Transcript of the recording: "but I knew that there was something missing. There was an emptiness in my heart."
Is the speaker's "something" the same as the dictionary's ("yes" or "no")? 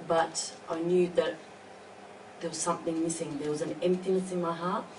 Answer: yes